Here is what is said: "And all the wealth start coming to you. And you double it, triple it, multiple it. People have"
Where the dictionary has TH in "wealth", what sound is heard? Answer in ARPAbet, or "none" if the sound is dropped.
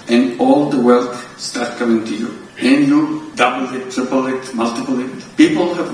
T